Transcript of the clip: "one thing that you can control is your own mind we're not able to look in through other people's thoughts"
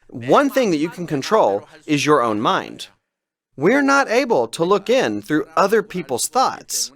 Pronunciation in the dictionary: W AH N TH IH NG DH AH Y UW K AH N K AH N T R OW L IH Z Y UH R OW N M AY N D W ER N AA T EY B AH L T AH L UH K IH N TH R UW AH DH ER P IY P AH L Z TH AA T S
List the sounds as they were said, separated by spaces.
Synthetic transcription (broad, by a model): W AH N TH IH NG DH AH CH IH K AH N K AH N T R OW L IH Z Y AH R OW N M AY N D W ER N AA T EY B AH L T AH L UH K IH N TH R UW AH DH ER P IY P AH L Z TH AA T S